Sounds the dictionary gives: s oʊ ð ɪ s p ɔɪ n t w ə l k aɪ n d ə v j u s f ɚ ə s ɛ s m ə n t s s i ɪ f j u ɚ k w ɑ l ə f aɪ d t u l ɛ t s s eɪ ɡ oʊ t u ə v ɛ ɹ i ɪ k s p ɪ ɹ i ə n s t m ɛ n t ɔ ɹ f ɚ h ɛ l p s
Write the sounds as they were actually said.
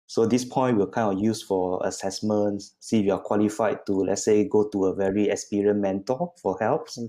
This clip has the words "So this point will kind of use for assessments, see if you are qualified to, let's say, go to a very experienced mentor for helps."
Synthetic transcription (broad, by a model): s oʊ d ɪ s p ɔɪ n t w ə l k aɪ n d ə f j u s f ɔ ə s ɛ s m ə n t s s i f j u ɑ k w ɑ l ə f aɪ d t u l ɛ t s s eɪ ɡ oʊ t u ə v ɛ ɹ i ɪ k s p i ɹ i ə n m ɛ n t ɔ l f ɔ h ɛ l p s